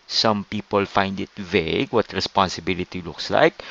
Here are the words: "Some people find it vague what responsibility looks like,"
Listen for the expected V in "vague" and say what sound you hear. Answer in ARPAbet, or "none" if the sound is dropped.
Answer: V